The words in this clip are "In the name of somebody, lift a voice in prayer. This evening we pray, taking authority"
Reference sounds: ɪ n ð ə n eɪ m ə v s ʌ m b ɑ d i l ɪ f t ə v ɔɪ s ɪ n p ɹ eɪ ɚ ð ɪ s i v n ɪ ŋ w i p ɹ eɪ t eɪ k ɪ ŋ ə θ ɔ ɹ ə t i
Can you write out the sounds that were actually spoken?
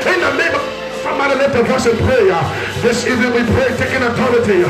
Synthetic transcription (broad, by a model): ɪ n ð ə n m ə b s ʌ m ɑ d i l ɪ t ə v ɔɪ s ɪ n p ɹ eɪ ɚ ð ɪ s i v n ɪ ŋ w i p ɹ eɪ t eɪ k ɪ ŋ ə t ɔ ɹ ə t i